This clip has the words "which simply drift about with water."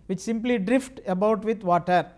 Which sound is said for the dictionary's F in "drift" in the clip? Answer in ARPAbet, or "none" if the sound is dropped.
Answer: F